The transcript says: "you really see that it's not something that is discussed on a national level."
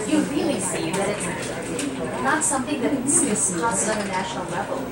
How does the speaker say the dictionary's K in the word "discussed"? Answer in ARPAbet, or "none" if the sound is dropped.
none